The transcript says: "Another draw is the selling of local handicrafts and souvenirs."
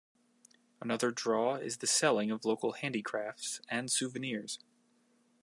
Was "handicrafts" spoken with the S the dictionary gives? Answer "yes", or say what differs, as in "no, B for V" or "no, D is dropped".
yes